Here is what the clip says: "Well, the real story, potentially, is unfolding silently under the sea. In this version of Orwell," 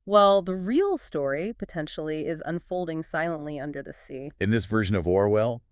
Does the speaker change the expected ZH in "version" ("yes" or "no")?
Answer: no